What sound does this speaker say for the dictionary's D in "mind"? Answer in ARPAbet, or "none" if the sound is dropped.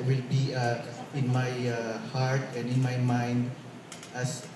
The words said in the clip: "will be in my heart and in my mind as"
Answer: D